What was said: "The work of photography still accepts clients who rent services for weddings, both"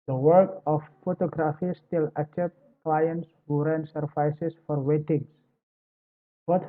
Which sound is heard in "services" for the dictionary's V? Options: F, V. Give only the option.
F